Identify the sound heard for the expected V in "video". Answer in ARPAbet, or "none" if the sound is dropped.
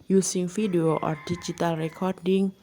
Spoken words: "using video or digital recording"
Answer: F